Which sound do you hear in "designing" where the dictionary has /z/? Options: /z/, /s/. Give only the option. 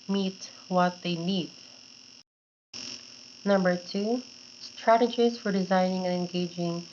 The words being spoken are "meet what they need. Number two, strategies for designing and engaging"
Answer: /z/